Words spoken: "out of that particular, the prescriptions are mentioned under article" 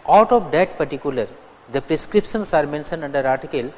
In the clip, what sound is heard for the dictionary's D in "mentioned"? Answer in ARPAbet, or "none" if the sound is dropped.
none